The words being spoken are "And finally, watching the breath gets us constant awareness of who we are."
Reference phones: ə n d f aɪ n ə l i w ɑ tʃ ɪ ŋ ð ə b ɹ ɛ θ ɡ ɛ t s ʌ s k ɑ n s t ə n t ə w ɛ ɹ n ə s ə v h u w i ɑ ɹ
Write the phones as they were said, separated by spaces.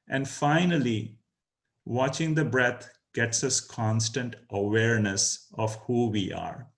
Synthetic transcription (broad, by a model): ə n d f aɪ n ə l i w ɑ tʃ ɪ ŋ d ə b ɹ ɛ t ɡ ɛ t s ʌ s k ɑ n s t ə n t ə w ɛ ɹ n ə s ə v h u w i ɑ ɹ